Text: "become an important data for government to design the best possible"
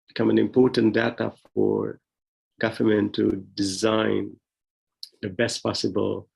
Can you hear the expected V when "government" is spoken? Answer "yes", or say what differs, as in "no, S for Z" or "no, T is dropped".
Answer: no, F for V